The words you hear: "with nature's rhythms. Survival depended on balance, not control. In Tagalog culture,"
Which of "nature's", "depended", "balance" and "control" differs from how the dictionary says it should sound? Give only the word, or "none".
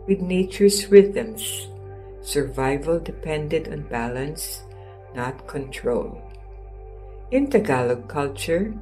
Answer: nature's